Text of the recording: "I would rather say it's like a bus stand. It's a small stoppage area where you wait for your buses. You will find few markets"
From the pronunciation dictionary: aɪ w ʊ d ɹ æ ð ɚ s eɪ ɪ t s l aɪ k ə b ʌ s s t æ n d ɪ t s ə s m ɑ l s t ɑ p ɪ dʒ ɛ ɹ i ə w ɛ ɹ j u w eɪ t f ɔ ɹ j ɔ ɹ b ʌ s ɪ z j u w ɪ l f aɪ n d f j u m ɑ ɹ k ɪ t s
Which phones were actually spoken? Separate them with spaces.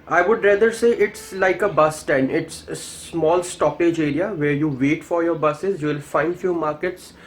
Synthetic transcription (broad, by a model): aɪ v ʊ d ɹ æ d ɚ s eɪ ɪ t s l aɪ k ə b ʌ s s t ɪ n ɪ t s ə s m ɑ l s t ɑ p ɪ dʒ ɛ ɹ i ə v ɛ ɹ j u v eɪ t f ɔ ɹ j ɔ ɹ b ʌ s ɪ z j u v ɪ l f aɪ n d f j u m ɑ ɹ k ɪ t s